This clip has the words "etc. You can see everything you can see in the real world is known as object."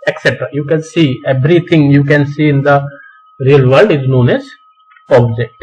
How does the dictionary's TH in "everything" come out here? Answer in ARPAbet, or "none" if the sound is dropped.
T